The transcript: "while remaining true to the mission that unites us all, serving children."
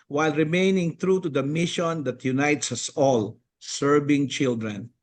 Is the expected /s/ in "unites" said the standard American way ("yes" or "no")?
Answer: yes